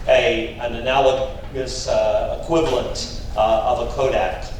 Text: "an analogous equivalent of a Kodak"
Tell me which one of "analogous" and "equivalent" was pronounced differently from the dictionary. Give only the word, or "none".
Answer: none